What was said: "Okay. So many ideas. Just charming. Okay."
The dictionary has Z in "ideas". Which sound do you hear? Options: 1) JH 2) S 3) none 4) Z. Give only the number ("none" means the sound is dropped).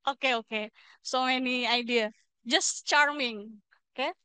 3